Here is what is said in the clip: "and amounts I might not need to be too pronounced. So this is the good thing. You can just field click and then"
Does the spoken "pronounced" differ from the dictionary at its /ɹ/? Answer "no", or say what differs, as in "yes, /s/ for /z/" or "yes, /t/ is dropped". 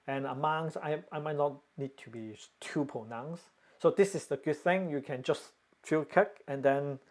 yes, /ɹ/ is dropped